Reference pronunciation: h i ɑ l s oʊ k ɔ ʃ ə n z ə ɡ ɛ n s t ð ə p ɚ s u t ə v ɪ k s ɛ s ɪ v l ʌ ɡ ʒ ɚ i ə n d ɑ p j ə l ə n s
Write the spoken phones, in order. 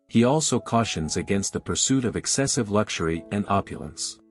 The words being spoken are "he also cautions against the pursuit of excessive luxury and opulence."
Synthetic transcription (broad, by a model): h i ɑ l s oʊ k ɔ ʃ ə n z ə ɡ ɛ n s t ð ə p ɚ s u t ə v ɪ k s ɛ s ɪ v l ʌ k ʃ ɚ i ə n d ɑ p j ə l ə n s